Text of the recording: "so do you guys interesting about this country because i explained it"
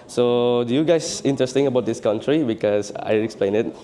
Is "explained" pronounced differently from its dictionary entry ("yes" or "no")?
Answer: yes